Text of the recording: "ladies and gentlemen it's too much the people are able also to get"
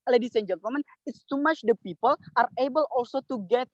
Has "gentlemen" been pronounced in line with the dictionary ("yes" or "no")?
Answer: no